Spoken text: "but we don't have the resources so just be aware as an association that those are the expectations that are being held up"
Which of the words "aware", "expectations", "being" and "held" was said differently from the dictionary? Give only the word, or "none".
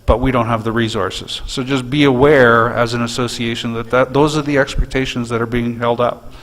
none